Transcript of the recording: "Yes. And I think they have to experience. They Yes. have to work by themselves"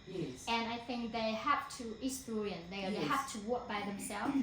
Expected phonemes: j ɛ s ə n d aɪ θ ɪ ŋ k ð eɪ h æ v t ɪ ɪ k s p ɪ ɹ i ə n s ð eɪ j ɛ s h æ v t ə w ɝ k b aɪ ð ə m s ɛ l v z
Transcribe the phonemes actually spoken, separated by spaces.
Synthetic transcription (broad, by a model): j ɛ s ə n aɪ θ ɪ ŋ k ð eɪ h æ f t ɪ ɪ s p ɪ ɹ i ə n ð eɪ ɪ h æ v t ə w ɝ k b aɪ ð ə m s ɛ l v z